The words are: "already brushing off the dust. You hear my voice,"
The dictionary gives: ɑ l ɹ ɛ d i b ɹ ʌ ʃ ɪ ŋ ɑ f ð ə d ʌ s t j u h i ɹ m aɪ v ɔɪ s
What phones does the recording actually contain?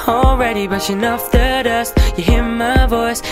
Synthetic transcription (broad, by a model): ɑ l ɹ ɛ d i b ʌ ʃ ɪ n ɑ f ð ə d ʌ s t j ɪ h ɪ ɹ m aɪ v ɔɪ s